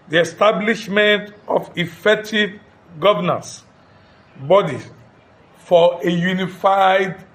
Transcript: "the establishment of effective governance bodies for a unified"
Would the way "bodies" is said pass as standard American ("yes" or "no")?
no